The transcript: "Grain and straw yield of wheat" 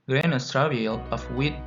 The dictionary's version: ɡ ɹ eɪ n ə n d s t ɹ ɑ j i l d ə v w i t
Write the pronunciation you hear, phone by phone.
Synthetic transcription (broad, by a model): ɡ ɹ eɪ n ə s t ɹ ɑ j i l ə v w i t